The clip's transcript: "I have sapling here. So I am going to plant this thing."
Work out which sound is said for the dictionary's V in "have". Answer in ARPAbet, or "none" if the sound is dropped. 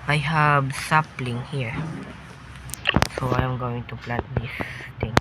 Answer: B